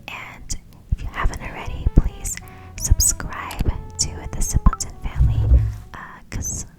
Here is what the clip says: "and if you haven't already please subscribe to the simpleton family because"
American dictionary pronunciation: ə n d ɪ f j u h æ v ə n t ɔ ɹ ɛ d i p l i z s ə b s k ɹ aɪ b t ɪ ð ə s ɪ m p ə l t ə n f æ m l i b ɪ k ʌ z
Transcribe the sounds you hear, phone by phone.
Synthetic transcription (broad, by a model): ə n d ɪ f j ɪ h æ v ə n t ɹ ɛ d i p l i z s ə b s k ɹ aɪ b t ɪ ð ə s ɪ p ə n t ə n f æ m l i k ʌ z